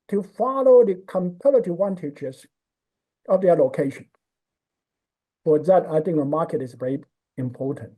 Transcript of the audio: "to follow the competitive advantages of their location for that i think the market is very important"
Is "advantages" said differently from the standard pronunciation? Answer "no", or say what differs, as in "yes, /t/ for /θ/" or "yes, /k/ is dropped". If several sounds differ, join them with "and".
yes, /tʃ/ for /dʒ/